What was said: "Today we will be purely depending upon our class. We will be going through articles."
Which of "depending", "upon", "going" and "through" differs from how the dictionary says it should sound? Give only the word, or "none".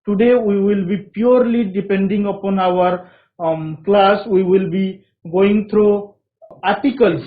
through